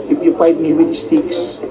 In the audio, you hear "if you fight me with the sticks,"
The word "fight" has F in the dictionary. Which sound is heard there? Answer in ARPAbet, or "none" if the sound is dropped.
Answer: P